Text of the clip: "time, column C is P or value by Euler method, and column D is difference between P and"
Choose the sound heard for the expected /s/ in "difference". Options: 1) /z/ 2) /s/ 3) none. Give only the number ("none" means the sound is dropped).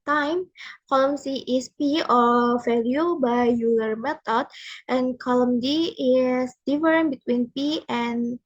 3